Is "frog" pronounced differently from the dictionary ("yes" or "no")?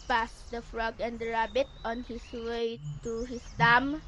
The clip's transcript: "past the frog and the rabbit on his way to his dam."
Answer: no